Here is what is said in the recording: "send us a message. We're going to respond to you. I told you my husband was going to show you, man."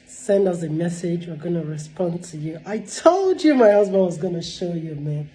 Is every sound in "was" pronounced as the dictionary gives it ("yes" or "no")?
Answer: yes